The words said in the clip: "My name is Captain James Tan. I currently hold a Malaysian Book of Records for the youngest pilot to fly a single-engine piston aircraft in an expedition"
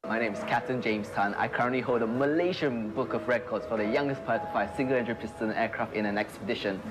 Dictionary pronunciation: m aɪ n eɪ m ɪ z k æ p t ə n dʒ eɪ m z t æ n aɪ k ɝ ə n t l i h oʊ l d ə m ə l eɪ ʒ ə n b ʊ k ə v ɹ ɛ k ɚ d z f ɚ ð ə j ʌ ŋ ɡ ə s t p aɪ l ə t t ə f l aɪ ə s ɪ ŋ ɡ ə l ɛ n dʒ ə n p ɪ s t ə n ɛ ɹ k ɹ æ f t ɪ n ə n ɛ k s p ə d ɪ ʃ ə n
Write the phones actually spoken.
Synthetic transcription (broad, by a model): m aɪ n eɪ m ɪ z k æ p t ə n dʒ eɪ m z t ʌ n aɪ k ɝ ə n t l i h oʊ l d ə m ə l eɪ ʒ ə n b ʊ k ə v ɹ ɛ k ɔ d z f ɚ ð ə j ʌ ŋ ɡ ə s t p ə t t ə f aɪ ə s ɪ ŋ ɡ ə l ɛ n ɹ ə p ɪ s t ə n ɛ k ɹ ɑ f t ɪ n ə n ɛ k s p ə d ɪ ʃ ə n